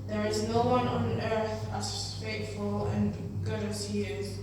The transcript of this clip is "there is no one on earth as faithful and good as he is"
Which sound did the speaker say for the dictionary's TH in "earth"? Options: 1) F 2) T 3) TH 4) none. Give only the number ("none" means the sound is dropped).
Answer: 3